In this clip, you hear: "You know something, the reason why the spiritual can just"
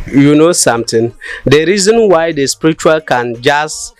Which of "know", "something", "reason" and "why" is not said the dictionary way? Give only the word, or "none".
something